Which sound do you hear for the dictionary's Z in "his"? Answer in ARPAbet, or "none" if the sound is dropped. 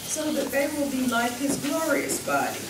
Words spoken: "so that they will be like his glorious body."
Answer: Z